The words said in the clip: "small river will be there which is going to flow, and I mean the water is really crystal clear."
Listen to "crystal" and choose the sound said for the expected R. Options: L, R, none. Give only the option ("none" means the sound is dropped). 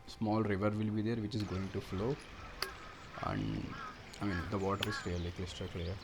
L